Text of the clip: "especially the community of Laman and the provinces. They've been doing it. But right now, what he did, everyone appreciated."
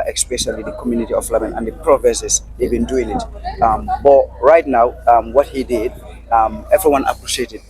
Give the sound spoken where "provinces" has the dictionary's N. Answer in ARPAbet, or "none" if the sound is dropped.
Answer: none